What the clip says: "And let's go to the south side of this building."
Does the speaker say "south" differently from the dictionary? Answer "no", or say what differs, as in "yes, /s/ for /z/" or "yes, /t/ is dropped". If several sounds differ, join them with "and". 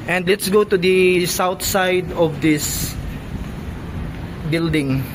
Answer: yes, /t/ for /θ/